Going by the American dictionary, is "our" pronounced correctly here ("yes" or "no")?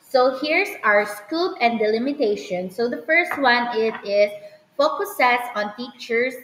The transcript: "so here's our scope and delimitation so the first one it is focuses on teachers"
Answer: yes